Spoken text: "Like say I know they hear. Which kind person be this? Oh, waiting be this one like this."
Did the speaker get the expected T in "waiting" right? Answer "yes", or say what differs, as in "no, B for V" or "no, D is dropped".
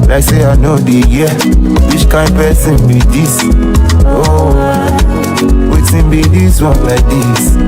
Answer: no, S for T